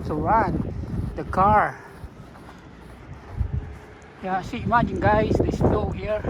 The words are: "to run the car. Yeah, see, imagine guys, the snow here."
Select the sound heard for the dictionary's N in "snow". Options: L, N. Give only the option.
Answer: L